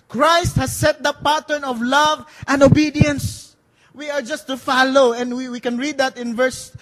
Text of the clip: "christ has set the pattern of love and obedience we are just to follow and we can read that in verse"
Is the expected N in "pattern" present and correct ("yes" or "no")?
yes